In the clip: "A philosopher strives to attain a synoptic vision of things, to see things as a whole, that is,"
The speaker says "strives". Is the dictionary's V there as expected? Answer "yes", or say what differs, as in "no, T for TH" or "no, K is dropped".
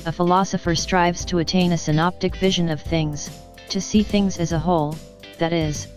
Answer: yes